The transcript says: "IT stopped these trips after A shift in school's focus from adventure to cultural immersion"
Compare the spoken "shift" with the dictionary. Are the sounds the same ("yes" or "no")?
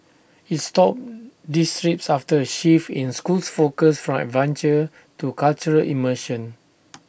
no